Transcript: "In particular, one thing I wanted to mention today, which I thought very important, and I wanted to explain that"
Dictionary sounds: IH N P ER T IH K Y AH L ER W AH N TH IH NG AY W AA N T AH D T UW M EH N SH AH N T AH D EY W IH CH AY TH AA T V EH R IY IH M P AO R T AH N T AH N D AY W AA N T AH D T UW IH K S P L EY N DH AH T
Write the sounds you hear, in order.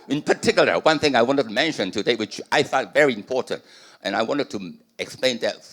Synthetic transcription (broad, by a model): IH N P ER T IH K Y L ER W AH N TH IH NG AY W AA N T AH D T UW M EH N SH AH N T AH D EY W IH CH AY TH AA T V EH R IY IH M P AO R T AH N T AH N AY W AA N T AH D T UW IH K S P L EY N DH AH T